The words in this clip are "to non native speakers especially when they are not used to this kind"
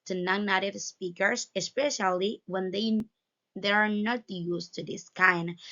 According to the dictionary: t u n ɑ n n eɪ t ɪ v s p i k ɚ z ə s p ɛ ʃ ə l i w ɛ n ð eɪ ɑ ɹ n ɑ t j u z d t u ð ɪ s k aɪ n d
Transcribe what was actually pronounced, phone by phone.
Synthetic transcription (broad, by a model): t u n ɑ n n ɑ t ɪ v s p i k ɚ s ə s p ɛ ʃ ə l i w ɛ n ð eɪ ɑ ɹ n ɑ t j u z t u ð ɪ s k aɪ n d